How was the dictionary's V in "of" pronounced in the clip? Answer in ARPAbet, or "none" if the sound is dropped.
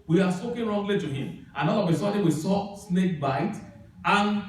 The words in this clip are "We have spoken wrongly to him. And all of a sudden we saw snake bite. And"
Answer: W